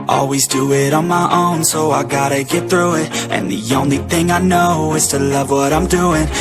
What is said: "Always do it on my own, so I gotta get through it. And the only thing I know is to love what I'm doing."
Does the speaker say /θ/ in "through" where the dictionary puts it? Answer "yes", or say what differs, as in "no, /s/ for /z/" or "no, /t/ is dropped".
yes